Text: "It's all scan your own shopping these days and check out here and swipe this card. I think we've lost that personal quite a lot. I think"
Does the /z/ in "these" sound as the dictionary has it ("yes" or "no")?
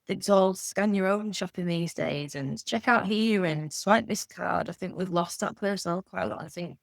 yes